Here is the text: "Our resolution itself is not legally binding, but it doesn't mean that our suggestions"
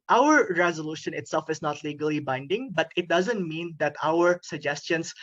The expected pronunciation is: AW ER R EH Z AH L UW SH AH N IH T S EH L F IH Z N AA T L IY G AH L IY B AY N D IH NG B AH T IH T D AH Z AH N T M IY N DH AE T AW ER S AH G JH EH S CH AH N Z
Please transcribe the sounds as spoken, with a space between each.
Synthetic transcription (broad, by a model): AW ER R EH Z AH L UW SH AH N IH T S EH L F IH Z N AA T L IY G AH L IY B AY N D IH NG B AH T IH T D AH Z AH N T M IY N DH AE T AW ER S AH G JH EH S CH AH N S